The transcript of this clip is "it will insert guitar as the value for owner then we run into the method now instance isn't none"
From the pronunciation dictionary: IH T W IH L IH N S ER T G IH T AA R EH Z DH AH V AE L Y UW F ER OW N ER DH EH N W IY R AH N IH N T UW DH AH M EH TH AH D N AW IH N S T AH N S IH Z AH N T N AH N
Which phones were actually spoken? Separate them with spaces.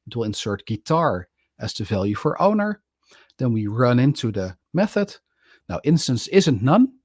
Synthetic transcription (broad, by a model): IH T W IH L IH N S ER T G IH T AA R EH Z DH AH V AE L Y UW F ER OW N ER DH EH N W IY R AH N IH N T UW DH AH M EH TH AH D N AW IH N S T AH N S IH Z AH N T N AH N